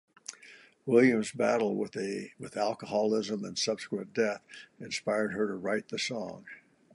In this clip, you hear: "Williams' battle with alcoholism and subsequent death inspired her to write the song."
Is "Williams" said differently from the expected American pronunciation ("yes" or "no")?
no